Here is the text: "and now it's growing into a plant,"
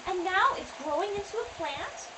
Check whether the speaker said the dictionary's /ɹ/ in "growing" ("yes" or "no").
yes